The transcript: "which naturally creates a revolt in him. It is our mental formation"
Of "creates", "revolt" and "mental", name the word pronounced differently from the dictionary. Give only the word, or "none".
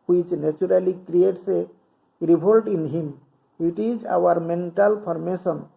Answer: revolt